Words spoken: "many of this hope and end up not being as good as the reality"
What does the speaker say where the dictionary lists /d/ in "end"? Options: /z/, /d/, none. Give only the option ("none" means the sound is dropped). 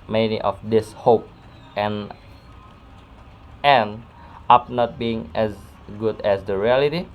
none